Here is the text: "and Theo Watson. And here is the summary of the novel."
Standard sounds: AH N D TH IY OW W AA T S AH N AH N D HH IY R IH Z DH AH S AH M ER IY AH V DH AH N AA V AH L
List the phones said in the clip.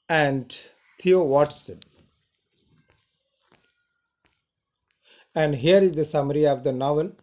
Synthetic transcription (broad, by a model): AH N D T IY OW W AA T S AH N AH N D HH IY R IH Z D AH S AH M ER IY AH V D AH N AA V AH L